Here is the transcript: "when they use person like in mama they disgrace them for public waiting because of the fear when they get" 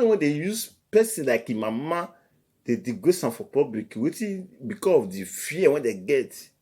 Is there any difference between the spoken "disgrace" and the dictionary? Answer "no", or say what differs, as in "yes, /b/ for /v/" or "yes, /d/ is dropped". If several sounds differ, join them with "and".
yes, /s/ is dropped and /ɹ/ is dropped